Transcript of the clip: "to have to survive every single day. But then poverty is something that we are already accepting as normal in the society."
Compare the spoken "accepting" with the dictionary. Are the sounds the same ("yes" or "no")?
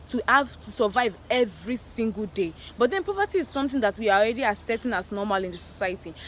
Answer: no